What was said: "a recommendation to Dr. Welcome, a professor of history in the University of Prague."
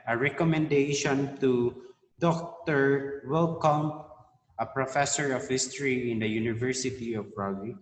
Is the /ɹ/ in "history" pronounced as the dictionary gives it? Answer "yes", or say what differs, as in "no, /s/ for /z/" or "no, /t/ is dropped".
yes